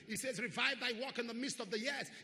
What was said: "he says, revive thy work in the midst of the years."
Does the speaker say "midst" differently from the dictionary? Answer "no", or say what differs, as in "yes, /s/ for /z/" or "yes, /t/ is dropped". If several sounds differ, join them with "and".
no